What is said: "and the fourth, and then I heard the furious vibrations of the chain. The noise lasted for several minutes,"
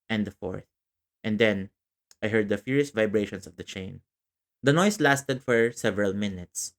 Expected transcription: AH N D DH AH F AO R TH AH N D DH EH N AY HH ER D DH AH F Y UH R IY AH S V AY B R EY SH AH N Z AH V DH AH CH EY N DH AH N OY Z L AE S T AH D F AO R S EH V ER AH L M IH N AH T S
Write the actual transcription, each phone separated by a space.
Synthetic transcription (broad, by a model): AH N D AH F AO R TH AH N D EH N AY HH ER D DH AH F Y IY R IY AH S V AY B R EY SH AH N S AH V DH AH CH EY N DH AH N OY S L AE S T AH D F AO R S EH V ER AH L M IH N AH T S